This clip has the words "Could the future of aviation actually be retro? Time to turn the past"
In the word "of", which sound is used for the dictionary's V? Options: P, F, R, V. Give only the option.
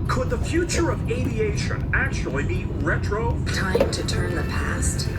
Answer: V